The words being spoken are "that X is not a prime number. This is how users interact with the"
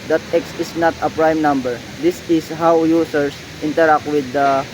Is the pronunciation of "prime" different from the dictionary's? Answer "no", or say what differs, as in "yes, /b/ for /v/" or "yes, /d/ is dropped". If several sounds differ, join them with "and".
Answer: no